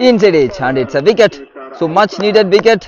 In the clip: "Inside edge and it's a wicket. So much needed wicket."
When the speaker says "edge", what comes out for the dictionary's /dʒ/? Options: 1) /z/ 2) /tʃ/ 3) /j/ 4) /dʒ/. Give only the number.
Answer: 2